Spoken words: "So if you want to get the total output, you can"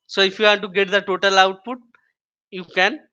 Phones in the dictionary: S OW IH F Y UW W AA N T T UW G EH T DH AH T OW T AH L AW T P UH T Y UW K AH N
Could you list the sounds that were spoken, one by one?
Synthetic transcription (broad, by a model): S OW IH F Y UW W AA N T T UW G EH T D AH T OW T AH L AW T P UH T Y UW K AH N